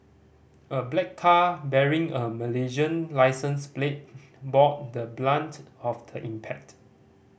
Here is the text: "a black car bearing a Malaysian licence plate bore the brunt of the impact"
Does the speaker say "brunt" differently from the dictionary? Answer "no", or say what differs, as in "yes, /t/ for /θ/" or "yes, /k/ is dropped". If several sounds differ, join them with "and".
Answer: yes, /l/ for /ɹ/